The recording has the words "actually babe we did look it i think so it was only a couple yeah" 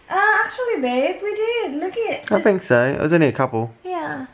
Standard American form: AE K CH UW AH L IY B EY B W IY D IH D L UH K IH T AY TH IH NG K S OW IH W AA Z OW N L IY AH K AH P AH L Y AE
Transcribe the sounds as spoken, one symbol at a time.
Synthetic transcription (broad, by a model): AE K CH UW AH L IY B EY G W IY D IH D L UH K IH T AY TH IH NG K S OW IH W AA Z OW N IY AH K AH P AH L Y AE